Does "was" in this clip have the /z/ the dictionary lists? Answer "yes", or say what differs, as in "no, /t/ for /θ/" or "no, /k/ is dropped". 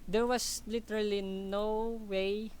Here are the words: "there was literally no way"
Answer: no, /s/ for /z/